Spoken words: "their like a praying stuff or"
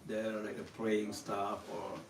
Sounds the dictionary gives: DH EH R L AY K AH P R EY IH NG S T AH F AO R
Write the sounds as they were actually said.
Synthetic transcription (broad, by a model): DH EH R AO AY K AH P L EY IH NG S T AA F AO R